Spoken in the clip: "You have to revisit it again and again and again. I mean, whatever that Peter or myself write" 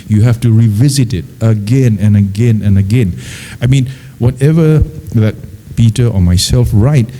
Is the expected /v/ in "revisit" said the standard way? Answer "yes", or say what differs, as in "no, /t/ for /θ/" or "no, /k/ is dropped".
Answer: yes